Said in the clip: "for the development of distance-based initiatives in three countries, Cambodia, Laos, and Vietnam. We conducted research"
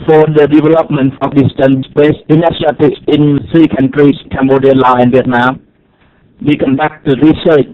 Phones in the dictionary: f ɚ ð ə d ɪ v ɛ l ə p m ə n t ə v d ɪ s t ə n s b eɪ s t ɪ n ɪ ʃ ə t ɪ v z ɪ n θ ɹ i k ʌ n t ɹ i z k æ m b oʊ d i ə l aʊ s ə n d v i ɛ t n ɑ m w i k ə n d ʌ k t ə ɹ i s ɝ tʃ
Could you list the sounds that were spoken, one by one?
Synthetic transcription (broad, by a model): f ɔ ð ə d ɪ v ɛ l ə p m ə n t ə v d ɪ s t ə n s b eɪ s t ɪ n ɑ s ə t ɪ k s ɪ n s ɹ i k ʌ n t ɹ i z k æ m b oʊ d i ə l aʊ ə n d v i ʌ t n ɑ m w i k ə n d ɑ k t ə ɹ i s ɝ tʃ